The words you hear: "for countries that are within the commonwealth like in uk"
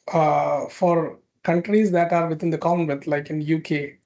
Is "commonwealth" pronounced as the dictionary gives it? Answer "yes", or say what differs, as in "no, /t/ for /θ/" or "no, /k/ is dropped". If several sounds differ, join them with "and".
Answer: no, /m/ is dropped